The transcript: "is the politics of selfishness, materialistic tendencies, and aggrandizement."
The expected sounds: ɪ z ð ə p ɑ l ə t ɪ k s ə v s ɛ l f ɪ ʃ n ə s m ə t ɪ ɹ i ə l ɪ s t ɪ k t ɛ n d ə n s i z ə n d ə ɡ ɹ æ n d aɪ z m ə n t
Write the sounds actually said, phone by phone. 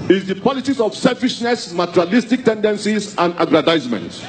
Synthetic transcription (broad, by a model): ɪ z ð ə p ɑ l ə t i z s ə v s ɛ l f ɪ ʃ n ə s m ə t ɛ ɹ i l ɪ s t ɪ k t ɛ n d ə n s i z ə n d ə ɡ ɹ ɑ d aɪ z m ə n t